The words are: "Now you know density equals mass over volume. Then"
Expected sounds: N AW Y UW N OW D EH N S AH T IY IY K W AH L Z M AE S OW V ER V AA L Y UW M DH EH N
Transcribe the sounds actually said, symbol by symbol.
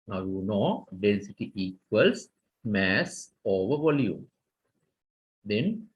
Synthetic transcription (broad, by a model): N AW Y UW N OW D EH N S AH T IY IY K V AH L S M AE S OW V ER V AA L Y UW M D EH N